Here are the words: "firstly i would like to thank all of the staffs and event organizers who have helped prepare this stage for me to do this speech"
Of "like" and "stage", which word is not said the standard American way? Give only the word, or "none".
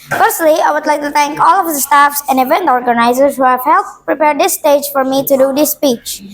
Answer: none